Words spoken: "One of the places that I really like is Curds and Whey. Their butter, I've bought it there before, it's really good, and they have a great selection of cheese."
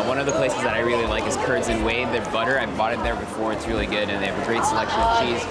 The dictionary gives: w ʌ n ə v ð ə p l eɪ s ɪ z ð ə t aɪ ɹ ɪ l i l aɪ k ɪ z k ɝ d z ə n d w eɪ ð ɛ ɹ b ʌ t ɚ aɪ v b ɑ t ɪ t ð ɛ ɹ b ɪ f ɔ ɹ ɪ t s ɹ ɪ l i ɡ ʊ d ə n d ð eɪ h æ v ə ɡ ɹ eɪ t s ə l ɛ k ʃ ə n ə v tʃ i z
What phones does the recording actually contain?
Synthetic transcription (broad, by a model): w ʌ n ə v ð ə p l eɪ s ɪ z ð ə t aɪ ɹ ɪ l i l aɪ k ɪ z k ɝ d z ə n w eɪ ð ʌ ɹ b ʌ t ɚ aɪ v b ɑ t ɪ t ð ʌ ɹ b ɪ f ɔ ɹ ɪ t s ɹ ɪ l i ɡ ʊ d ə n ð eɪ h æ v ə ɡ ɹ eɪ t s ə l ɛ k ʃ ə n ə v tʃ i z